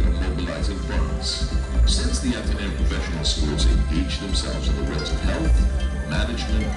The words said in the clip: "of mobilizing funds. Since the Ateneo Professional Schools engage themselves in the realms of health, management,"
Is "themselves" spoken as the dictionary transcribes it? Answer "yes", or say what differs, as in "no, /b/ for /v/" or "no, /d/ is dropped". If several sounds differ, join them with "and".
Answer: yes